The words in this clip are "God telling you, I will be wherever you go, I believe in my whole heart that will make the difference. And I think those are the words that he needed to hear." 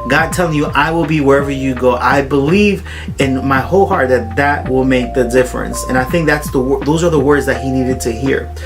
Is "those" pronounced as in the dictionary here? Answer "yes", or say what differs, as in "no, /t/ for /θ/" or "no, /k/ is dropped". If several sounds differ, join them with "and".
yes